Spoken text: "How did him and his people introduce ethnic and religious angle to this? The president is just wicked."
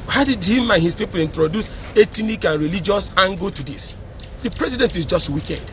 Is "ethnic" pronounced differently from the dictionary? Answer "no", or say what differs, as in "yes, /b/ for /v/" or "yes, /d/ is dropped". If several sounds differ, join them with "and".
yes, /t/ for /θ/